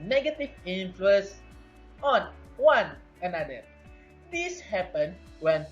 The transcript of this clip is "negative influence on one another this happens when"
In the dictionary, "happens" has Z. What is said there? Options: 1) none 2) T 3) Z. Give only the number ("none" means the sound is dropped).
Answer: 1